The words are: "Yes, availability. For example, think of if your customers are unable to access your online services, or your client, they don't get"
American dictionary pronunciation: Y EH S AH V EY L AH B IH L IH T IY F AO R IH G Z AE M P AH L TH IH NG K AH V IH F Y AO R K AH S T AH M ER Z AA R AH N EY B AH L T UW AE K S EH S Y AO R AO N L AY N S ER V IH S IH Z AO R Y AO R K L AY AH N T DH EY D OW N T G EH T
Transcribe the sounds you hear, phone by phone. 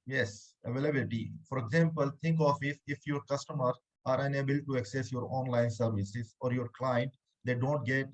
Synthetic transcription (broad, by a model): Y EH S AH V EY L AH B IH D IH T IY F AO R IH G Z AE M P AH L T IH NG K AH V IH F Y AO R K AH S T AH M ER AA R AH N EY B AH L T UW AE K S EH S Y AO R AO N L AY N S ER V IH S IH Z AO R Y AO R K L AY AH N T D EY D OW N T G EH T